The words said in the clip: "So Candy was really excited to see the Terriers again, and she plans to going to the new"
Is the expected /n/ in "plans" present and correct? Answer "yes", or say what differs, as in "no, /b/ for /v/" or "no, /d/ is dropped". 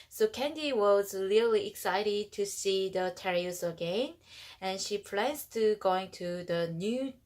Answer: no, /n/ is dropped